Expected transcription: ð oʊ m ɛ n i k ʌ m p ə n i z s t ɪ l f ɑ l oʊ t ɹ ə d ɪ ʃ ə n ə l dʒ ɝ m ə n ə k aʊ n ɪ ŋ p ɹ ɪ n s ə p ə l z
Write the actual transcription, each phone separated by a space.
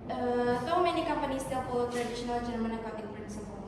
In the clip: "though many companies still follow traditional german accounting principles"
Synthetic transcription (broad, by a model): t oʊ m ɛ n i k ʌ m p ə n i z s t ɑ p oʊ t ɹ ə d ɪ ʃ ə n ə l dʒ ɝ m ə n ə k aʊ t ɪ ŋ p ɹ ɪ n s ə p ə